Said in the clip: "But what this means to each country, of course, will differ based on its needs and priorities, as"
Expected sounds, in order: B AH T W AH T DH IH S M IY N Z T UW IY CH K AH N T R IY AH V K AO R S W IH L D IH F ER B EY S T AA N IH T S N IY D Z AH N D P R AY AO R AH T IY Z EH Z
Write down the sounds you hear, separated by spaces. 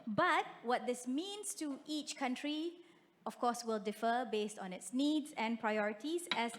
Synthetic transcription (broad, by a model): B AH T W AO T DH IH S M IY N S T UW IY CH K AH N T R IY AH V K AO S W IH L D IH F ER B EY S T AA N IH T S N IY D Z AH N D P R AY AO R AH T IY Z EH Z